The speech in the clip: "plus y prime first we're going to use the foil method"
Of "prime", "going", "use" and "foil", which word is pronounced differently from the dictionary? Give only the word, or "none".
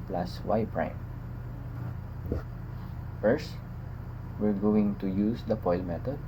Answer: foil